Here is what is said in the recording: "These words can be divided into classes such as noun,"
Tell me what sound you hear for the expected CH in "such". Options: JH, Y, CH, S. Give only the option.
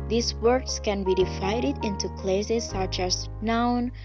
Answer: CH